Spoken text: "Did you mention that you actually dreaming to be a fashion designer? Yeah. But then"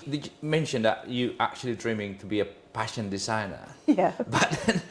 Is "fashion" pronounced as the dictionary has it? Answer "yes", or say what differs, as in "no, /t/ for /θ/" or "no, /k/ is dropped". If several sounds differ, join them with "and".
no, /p/ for /f/